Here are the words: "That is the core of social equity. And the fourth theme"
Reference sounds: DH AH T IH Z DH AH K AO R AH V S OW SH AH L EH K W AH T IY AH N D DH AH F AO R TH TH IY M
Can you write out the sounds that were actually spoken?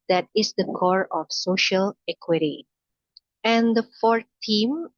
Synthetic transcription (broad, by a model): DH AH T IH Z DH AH K AO R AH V S OW SH AH L EH K W AH T IY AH N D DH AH F AO R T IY M